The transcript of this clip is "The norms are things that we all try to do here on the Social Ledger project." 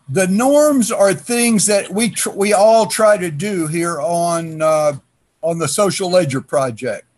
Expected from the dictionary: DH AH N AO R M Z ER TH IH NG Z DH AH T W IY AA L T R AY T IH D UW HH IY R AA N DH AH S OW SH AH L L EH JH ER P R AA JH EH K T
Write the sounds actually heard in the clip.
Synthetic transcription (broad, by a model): DH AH N AO R M Z ER TH IH NG Z DH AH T W IY AA L T R AY T IH D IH HH IY R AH N DH AH S OW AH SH L EH JH ER P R AA JH EH K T